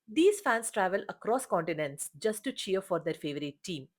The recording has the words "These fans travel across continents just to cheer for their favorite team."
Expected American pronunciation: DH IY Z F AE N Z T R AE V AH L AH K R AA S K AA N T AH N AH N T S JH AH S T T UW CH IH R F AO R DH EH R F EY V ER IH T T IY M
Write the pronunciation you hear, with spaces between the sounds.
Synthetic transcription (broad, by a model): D IY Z F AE N S T R AE V AH L AH K R AA S K AA N T AH N AH N T S JH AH S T T UW CH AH R F AO R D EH R F EY V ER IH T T IY M